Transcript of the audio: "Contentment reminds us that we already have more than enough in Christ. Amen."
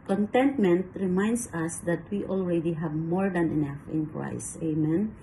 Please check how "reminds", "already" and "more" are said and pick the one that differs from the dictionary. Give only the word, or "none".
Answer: reminds